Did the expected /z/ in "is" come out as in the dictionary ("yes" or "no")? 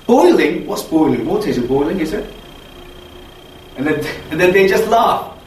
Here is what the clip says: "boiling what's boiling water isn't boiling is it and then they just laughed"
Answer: yes